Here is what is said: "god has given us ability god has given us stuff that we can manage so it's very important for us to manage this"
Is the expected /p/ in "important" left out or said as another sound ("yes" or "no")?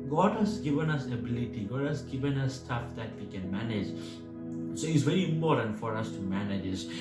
yes